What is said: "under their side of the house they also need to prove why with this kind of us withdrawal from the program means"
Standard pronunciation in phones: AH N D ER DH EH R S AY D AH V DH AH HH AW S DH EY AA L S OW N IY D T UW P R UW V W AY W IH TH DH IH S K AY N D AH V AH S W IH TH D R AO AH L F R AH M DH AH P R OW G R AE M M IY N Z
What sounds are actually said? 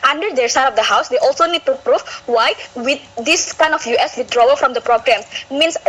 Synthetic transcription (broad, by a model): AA N D ER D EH R S AY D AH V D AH HH AW S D EY AA L S OW N IY D T UW P R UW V W AY W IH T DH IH S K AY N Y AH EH S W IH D R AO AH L F R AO M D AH P R OW G R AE M M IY N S